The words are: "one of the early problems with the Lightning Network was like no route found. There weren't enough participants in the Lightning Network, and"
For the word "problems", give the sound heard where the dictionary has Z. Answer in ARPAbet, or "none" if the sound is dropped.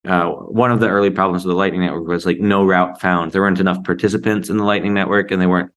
Z